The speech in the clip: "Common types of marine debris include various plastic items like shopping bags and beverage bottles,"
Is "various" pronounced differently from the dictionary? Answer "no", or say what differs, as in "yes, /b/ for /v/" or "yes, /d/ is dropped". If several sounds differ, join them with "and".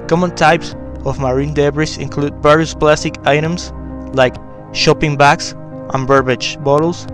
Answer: yes, /b/ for /v/